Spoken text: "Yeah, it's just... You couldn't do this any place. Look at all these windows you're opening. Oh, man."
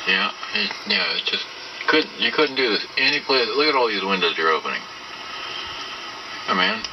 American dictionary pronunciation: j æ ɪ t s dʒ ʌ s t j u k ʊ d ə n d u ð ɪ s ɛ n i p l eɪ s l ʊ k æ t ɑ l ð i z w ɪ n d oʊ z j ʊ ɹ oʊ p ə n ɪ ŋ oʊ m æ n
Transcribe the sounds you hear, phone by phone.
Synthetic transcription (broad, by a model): j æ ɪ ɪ dʒ ʌ s t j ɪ k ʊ d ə n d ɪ ð ɪ s ɛ n i p l eɪ s l ʊ k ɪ t ɑ l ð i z w ɪ n d oʊ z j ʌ ɹ oʊ p ə n ɪ ŋ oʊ m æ n